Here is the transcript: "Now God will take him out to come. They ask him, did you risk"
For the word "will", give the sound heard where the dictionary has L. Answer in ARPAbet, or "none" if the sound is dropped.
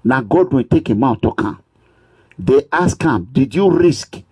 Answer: N